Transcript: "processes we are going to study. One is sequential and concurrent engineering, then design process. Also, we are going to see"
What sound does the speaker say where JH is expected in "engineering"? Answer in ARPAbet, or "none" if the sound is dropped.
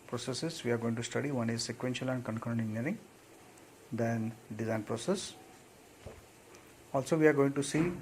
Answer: none